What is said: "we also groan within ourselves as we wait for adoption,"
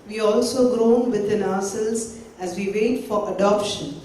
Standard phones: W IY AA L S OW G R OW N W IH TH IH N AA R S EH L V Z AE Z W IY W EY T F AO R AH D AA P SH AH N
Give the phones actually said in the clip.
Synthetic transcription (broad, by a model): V IY AA L S OW G R OW N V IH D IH N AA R S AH L Z AE Z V IY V EY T F AO R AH D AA P SH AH N